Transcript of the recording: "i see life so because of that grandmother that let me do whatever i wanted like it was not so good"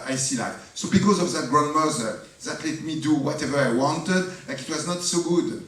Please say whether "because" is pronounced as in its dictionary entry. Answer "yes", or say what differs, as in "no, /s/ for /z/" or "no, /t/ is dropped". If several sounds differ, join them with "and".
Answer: yes